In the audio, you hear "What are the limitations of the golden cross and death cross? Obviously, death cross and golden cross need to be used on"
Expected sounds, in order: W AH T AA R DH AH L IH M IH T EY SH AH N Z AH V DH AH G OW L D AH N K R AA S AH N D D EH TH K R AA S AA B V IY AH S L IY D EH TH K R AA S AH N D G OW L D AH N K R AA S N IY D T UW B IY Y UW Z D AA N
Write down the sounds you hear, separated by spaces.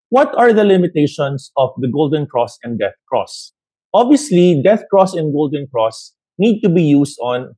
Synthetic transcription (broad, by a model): W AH T AA R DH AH L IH M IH T EY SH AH N S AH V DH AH G OW L D AH N K R AA S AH N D D EH TH K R AA S AA B V IY AH S L IY D EH TH K R AA S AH N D G OW L D AH N K R AA S N IY D T UW B IY Y UW S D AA N